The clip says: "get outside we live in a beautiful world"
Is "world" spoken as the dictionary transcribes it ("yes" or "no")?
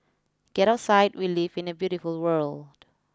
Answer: yes